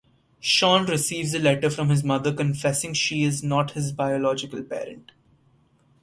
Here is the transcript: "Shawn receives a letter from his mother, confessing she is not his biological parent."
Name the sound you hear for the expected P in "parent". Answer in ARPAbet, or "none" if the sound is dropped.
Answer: P